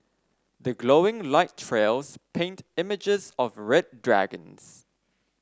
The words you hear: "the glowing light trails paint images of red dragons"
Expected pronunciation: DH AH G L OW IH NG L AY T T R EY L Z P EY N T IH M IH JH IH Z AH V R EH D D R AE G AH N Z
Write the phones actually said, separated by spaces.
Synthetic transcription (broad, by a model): DH AH G L OW IH NG L AY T T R EY L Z P EY N T IH M IH JH IH Z AH V R EH D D R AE G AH N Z